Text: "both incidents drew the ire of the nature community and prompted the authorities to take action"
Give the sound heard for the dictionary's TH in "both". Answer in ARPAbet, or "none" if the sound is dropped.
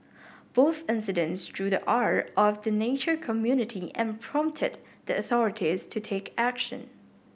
TH